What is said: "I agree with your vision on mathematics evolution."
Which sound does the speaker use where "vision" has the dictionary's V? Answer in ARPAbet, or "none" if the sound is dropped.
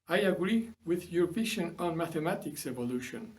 P